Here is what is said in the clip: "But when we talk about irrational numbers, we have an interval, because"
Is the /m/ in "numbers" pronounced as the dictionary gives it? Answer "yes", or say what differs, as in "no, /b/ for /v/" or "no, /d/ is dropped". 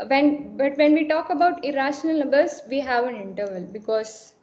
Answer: no, /m/ is dropped